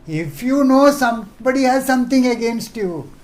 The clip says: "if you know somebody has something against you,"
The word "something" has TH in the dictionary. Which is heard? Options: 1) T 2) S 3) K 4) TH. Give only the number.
1